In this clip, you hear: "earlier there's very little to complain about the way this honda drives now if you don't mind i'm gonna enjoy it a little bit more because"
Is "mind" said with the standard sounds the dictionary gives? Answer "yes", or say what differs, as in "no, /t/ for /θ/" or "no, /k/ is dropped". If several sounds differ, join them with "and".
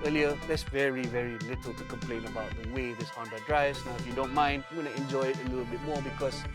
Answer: yes